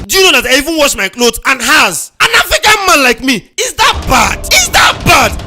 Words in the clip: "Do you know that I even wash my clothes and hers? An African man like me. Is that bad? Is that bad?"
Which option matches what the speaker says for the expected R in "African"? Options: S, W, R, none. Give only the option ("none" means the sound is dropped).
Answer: none